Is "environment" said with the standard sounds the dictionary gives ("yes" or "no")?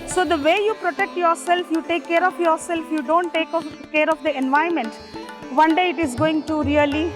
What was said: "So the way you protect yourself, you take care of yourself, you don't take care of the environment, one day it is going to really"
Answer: no